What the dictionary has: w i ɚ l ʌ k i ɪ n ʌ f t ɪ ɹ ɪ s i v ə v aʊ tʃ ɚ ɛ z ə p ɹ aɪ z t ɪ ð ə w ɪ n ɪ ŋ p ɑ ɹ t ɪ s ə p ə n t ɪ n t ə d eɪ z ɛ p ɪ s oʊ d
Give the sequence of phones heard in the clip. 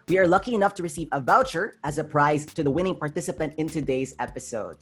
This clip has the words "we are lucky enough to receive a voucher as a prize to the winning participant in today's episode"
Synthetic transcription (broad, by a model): w i ɚ l ʌ k i ɪ n ʌ f t ɪ ɹ ɪ s i v ə v aʊ tʃ ɚ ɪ z ə p ɹ aɪ z t ɪ ð ə w ɪ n ɪ ŋ p ɑ ɹ t ɪ s ə p ə n t ɪ n t ə d eɪ z ɛ p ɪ s oʊ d